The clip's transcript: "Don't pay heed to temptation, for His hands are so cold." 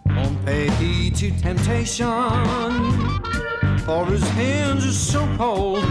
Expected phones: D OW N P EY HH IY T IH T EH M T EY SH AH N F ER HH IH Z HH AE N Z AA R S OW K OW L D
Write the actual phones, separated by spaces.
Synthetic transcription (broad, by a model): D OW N P EY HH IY T IH T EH M T EY SH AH N F ER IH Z HH AE N Z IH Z S OW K OW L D